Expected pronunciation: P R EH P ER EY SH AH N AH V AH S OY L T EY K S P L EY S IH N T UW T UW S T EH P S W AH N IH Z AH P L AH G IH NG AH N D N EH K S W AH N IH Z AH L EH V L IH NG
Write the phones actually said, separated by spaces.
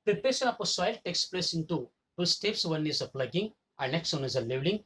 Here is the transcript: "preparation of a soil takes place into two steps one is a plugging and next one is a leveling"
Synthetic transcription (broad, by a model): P R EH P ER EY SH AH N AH P AH S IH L T EY K S P L EY S IH N T UW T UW S T EH P S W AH N IH Z AH P L AH G IH NG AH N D N EH K S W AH N IH Z AH L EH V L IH NG